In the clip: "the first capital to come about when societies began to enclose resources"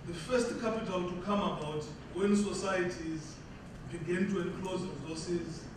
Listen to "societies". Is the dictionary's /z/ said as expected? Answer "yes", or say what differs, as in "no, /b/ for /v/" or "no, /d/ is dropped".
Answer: yes